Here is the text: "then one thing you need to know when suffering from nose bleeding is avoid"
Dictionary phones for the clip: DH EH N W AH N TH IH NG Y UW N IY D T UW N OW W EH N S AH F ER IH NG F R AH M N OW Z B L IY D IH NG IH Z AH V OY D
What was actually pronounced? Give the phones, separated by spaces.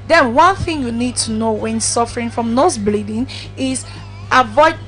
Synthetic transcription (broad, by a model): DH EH N W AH N TH IH NG Y UW N IY D T UW N OW W EH N S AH F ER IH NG F R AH M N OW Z B L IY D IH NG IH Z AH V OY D